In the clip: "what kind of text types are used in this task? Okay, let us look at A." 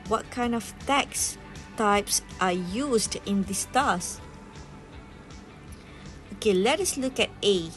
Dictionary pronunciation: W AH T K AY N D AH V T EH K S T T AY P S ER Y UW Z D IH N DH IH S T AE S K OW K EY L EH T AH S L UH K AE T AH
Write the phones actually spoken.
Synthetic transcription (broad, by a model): W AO T K AY N D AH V T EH K S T T AY P S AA Y UW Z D IH N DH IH S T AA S OW K EY L EH T AH S L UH K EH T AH